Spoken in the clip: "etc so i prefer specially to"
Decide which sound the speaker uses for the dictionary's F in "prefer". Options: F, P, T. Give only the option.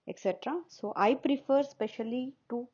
F